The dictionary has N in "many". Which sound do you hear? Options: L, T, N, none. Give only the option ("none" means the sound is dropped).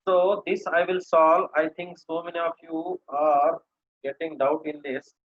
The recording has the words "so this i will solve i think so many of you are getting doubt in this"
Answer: N